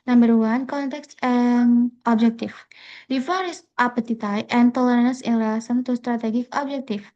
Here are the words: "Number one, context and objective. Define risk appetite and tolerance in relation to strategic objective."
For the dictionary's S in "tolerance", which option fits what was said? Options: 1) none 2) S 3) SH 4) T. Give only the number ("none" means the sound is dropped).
1